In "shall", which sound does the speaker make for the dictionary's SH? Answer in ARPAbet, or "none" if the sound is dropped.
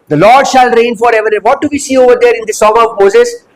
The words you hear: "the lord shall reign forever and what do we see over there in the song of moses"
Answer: SH